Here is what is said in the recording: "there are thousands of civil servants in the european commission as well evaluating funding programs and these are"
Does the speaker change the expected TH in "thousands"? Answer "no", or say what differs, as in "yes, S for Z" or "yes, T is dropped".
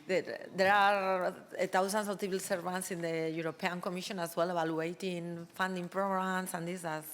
yes, T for TH